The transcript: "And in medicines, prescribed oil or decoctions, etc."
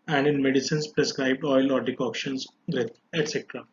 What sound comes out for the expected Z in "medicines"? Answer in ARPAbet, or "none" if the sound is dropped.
S